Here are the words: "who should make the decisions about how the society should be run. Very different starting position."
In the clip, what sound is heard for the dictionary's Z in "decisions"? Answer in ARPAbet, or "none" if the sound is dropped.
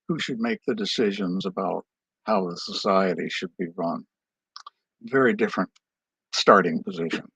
Z